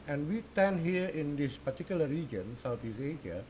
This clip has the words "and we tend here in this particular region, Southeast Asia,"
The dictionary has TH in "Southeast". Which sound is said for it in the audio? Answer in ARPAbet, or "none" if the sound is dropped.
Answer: T